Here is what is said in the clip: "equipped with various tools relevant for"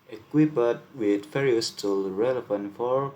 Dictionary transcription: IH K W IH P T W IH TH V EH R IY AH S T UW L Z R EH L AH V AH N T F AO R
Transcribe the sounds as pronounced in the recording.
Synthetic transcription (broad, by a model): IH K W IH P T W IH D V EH R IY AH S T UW L R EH L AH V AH N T F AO R